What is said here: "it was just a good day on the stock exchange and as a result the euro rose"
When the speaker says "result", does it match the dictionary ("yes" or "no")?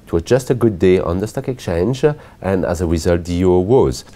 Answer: yes